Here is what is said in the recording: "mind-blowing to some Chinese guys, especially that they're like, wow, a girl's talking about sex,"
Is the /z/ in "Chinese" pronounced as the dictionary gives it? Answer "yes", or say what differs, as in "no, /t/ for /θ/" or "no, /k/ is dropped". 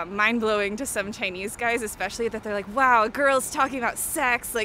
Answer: yes